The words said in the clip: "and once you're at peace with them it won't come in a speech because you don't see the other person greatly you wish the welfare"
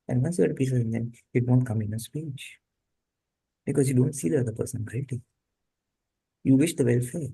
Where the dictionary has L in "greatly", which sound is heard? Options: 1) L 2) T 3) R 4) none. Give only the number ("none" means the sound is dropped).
4